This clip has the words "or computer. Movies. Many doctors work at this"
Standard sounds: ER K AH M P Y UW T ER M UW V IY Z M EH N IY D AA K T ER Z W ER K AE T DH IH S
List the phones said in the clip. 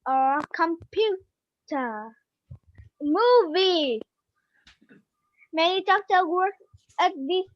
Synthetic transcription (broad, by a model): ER K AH M P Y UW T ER M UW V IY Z M EH N IY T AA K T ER W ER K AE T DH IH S